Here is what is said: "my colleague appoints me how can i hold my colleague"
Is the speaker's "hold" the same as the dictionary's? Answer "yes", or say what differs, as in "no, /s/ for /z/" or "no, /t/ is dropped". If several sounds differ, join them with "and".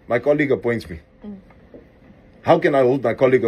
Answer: yes